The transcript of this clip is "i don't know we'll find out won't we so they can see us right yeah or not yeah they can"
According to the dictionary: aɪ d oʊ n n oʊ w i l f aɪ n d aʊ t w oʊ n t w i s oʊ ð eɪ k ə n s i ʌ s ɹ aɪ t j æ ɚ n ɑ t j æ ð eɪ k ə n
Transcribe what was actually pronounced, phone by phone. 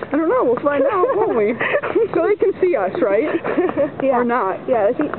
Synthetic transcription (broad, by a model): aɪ d oʊ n n oʊ w i l f aɪ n aʊ w oʊ n t w i s oʊ ð eɪ k ə n s i ʌ s ɹ aɪ t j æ ɚ n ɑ t j æ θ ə